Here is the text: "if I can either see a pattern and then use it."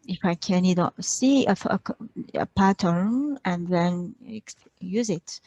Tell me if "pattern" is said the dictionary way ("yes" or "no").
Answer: yes